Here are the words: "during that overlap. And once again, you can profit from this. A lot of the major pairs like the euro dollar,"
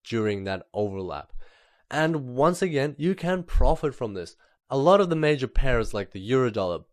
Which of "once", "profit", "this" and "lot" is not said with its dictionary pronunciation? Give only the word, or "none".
none